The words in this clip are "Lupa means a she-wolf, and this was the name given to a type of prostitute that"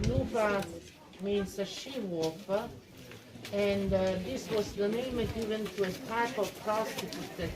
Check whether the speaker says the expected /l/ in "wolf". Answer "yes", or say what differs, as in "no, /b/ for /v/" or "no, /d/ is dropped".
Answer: no, /l/ is dropped